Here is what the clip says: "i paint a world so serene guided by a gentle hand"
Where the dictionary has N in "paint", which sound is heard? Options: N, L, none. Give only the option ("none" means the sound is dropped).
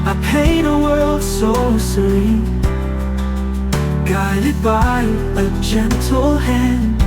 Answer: none